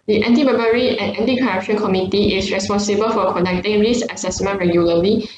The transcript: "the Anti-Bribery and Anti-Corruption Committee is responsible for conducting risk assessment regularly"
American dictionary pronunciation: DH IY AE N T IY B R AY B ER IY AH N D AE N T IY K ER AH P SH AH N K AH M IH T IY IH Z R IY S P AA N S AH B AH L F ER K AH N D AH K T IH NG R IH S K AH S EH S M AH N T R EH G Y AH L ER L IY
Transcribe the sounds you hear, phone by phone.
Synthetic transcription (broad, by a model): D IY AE N T IY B AY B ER IY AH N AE N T IY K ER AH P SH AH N K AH M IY T IY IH S R IY S P AA N S AH B AH L F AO K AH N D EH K T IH NG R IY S AH S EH S M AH N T R EH G Y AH L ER L IY